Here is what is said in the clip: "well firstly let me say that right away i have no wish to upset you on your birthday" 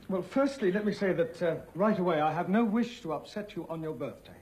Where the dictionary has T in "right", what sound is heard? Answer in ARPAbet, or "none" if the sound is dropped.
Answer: T